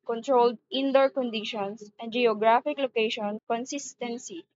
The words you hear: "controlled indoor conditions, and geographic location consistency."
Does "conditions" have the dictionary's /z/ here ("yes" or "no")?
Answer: no